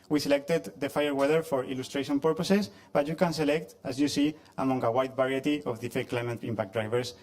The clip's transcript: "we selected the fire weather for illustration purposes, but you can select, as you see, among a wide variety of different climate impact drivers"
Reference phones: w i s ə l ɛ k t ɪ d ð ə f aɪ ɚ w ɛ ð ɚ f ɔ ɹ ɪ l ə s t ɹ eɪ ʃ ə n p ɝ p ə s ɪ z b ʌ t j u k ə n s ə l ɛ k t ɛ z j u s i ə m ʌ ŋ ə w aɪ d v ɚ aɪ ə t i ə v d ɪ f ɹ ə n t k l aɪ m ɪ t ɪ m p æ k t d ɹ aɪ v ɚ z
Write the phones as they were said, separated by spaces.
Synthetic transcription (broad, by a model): w i s ə l ɛ k t ɪ d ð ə f aɪ ɚ w ɛ ð ɚ f ɔ ɹ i l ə s t ɹ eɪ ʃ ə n p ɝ p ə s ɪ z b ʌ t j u k ə n s ə l ɛ k t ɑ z j u s i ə m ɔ ŋ ə w aɪ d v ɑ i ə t i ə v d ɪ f ə k l aɪ m ɪ t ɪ m p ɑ k d ɹ aɪ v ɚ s